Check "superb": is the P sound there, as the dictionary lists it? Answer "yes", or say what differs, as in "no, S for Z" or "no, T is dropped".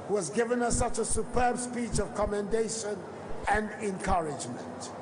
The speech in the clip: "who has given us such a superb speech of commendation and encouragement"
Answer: yes